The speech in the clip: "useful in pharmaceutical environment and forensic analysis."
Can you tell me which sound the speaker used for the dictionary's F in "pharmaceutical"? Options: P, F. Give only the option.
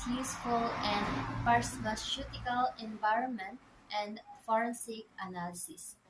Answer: P